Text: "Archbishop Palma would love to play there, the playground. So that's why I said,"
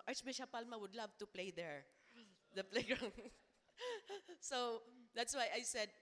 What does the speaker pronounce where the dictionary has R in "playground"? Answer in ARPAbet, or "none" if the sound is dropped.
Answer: R